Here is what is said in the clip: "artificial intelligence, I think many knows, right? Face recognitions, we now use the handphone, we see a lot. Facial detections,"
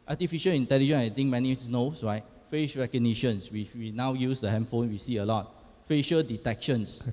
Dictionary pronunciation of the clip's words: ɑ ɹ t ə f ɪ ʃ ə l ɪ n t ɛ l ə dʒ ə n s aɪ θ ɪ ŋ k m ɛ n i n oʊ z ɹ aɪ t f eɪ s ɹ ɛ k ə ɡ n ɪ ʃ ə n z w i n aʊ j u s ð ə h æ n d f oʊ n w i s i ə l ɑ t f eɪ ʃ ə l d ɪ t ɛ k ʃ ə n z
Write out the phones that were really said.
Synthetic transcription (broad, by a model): ɑ t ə f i ʃ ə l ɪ n t ɛ l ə dʒ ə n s aɪ t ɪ ŋ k m ɛ n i n oʊ s ɹ aɪ t f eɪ ʃ ɹ ɛ k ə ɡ n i ʃ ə n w w i n aʊ j u s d ə h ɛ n f oʊ n w i s i ə l ɑ t f eɪ ʃ ə l d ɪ t ɛ k ʃ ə n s